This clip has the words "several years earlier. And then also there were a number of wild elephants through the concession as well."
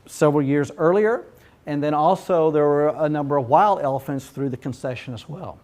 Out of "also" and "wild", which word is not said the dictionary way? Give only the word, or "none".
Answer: none